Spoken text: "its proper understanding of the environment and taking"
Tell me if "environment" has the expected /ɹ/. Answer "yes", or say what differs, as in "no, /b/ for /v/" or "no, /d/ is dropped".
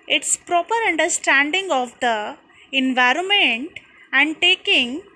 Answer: yes